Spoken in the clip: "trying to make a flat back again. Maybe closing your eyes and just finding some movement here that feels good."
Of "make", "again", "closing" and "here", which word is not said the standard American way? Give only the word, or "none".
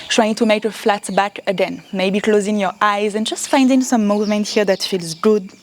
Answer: none